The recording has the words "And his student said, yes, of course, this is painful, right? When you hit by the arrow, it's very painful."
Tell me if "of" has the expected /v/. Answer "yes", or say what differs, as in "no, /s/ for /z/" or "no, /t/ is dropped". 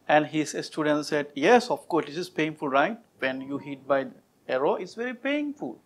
no, /f/ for /v/